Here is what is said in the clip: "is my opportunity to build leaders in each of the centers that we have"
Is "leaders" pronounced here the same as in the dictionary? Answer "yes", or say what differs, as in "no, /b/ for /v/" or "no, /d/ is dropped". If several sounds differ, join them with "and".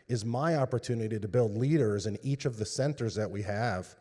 yes